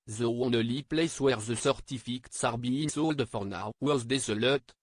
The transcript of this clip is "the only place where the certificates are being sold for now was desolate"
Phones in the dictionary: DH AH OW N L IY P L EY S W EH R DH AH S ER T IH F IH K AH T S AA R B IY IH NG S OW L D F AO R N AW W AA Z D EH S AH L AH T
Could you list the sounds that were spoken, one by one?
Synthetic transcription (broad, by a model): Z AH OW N L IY P L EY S W EH R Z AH S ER T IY F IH K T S AA R B IY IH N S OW L D F AO R N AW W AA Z D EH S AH L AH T